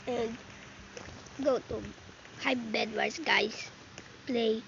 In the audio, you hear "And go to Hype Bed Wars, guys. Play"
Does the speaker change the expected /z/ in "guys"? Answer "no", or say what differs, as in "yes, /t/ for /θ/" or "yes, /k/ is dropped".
yes, /s/ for /z/